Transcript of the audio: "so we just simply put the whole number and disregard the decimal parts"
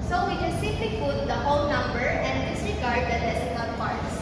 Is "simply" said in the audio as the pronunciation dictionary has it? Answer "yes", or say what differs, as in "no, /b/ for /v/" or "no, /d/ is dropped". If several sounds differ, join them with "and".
no, /m/ is dropped